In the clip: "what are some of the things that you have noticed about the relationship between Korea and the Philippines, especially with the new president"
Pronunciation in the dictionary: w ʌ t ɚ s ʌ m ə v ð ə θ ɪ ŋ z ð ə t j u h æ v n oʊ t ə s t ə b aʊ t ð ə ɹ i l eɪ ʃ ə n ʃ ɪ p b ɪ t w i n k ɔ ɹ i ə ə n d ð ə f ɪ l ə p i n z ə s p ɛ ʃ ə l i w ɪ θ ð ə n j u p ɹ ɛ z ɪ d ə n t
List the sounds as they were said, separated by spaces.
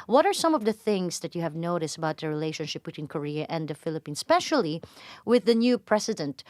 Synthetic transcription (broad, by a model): w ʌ t ɚ s ʌ m ə v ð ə θ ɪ ŋ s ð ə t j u h æ v n oʊ t ə s t ə b aʊ t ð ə ɹ i l eɪ ʃ ə n ʃ ɪ p b ɪ t w i n k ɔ ɹ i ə ə n d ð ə f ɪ l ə p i n s p ɛ ʃ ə l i w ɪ ð ə n j u p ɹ ɛ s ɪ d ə n t